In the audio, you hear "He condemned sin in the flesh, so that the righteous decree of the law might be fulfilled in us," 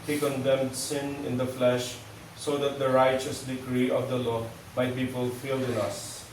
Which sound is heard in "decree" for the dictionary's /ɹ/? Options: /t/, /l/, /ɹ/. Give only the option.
/ɹ/